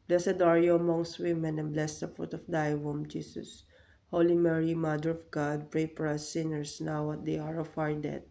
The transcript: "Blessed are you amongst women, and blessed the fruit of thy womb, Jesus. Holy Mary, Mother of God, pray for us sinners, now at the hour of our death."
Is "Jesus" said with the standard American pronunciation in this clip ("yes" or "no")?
no